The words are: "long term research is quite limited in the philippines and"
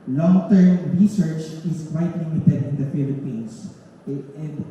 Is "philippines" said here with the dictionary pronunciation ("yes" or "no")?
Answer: no